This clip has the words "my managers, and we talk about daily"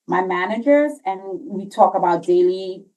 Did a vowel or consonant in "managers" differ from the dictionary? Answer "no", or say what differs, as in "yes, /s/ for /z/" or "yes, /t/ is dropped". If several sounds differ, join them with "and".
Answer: no